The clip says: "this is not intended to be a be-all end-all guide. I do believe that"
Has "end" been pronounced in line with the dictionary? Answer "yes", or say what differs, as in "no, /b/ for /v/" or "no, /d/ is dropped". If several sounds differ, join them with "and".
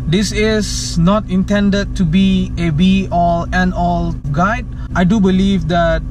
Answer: no, /d/ is dropped